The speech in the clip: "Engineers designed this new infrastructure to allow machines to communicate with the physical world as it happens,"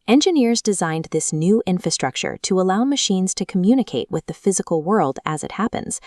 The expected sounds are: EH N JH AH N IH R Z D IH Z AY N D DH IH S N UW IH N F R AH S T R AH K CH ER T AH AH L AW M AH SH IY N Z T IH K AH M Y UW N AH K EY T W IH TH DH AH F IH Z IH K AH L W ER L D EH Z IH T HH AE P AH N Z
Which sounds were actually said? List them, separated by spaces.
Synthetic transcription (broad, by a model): EH N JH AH N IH R Z D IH Z AY N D DH IH S N UW IH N F R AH S T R AH K CH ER T AH AH L AW M AH SH IY N Z T IH K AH M Y UW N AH K EY T W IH DH AH F IH Z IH K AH L W ER L D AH Z IH T HH AE P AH N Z